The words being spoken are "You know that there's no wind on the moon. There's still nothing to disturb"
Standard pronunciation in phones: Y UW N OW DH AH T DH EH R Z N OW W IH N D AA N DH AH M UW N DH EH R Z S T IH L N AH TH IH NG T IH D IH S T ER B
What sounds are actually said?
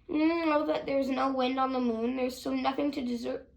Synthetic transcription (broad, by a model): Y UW N OW DH AH T DH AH R Z N OW W IH N D N DH AH M UW N DH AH R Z S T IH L N AH TH IH NG T IH D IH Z ER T